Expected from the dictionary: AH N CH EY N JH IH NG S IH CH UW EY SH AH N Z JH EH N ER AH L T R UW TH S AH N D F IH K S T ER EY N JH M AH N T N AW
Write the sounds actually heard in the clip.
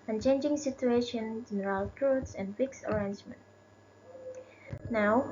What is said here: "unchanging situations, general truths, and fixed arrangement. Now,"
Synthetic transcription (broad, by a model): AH N CH EY N JH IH NG S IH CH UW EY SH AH N JH EH N ER AH L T R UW T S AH N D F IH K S ER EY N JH M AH N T N AW